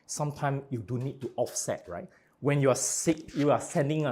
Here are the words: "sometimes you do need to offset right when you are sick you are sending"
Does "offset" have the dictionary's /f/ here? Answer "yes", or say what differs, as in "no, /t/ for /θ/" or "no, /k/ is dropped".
yes